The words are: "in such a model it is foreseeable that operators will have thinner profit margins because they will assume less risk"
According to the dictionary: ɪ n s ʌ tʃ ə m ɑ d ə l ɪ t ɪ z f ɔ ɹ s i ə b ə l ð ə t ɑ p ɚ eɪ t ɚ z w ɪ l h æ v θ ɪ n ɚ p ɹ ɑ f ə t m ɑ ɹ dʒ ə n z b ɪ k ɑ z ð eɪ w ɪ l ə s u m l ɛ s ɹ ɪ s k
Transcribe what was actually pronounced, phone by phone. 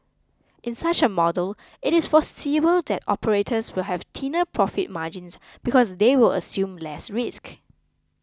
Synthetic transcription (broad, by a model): ɪ n s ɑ tʃ ə m ɑ d ə l ɪ t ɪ s f ɔ s i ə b ə l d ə t ɑ p ɚ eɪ t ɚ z w ɪ l h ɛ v t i n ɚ p ɹ ɑ f ə t m ɑ dʒ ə n s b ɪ k ɑ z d eɪ w ɪ l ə s u m l ɛ s ɹ ɪ s k